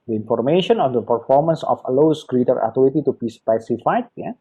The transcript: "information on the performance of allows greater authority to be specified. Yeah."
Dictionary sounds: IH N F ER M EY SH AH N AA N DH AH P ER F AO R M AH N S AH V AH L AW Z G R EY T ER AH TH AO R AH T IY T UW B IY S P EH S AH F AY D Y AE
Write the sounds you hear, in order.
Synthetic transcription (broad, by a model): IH N F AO M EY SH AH N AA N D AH P ER F AO R M AH N S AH F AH L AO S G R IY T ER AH T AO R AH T IY T UW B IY S P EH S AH F AY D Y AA